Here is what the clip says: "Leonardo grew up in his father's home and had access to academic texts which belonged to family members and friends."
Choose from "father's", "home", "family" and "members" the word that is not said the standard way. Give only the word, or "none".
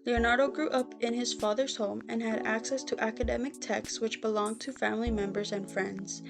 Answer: none